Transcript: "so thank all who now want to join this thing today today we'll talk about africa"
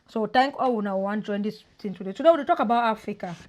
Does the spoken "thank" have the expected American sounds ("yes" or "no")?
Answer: no